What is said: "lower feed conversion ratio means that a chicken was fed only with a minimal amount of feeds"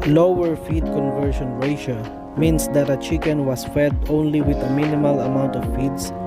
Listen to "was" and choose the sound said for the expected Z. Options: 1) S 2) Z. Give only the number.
1